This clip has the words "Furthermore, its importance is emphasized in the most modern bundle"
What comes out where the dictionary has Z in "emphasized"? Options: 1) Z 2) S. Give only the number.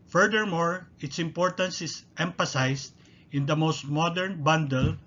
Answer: 2